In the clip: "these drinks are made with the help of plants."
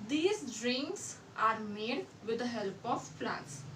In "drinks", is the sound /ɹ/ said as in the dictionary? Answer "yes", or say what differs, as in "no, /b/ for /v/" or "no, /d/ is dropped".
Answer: yes